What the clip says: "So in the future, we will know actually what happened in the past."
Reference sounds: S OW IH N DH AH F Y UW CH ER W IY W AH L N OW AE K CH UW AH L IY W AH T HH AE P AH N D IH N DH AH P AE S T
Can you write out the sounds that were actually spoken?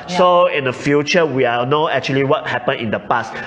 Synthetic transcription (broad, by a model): S OW IH N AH F Y UW CH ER W IY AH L N OW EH K CH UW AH L IY W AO T HH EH P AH N IH N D AH P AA S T